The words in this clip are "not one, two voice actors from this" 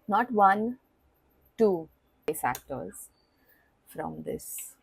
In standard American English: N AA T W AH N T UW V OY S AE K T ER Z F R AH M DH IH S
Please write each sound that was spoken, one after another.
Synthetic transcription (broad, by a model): N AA T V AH N T UW P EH S AE K T ER Z F R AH M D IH S